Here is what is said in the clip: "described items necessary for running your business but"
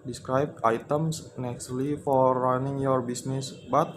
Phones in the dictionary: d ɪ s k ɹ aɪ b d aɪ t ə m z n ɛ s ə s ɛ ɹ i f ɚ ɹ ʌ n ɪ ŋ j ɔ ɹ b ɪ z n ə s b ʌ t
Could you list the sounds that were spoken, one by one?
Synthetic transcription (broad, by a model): d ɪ s k ɹ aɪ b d aɪ t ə m s n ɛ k s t l i f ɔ ɹ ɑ n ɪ ŋ j ɔ ɹ b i s n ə s b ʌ t